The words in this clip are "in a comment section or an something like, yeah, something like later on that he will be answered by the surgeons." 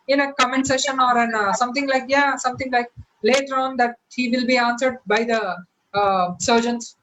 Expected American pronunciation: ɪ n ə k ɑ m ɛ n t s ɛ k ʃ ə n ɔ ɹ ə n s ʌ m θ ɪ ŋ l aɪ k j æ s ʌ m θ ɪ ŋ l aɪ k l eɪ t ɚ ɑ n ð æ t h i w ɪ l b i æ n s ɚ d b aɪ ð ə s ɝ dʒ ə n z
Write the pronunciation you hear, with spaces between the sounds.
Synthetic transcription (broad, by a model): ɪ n ə k ɑ m ɛ n t s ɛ ʃ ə n ɔ ɹ ə n s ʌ m t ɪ ŋ l aɪ k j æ s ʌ m t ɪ ŋ l aɪ k l eɪ t ɚ ɑ n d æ t h i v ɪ l b i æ n s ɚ d b aɪ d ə s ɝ dʒ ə n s